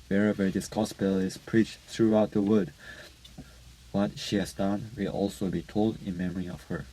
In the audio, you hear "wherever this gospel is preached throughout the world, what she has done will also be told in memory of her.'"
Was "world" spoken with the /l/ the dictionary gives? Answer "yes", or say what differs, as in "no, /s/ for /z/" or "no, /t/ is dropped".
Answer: no, /l/ is dropped